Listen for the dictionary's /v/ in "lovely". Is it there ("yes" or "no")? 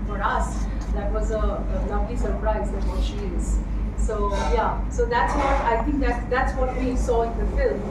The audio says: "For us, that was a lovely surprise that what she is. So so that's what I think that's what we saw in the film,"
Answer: no